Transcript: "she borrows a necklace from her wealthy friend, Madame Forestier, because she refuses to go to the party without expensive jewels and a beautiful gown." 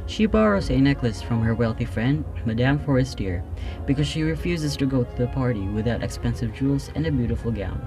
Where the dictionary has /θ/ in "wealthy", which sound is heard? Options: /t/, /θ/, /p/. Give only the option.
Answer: /θ/